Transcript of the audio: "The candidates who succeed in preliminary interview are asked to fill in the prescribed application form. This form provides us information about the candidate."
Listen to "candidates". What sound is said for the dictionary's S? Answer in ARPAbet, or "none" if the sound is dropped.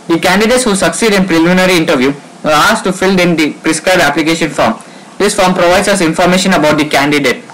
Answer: S